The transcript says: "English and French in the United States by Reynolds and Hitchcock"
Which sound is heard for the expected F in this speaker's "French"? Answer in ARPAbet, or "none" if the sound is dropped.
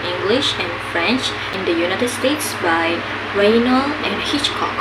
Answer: F